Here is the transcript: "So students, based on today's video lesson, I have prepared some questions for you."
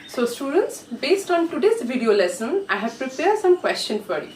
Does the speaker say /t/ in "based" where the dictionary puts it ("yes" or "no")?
yes